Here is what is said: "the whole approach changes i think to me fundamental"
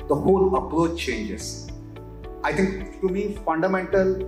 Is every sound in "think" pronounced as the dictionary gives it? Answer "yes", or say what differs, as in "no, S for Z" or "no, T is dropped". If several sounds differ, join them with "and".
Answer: no, T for TH